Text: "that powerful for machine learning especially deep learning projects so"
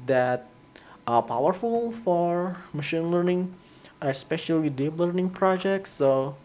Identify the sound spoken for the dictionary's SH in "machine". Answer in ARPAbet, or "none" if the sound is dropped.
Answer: SH